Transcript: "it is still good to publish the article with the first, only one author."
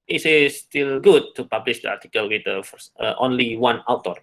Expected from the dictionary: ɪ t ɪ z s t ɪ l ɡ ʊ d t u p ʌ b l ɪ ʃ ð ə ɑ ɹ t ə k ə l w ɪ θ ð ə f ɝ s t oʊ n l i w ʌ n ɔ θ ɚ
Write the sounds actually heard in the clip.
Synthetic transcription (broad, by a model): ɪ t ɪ s t ɪ l ɡ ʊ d t u p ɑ b l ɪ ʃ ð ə ɑ ɹ t ə k ə l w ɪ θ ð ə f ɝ t oʊ n l i w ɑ n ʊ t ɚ